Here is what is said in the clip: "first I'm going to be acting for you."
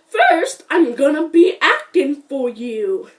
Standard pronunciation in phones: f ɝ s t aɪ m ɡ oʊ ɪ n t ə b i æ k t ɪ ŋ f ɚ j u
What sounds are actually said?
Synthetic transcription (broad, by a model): f ɝ s t aɪ m ɡ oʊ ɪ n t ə b i æ k t ɪ ŋ f ɚ j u